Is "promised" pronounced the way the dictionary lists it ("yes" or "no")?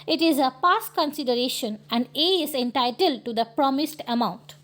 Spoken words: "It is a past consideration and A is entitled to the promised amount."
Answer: yes